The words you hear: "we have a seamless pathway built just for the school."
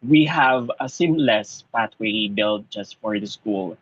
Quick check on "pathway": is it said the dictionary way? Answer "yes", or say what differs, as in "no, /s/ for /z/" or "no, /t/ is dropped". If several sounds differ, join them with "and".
no, /t/ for /θ/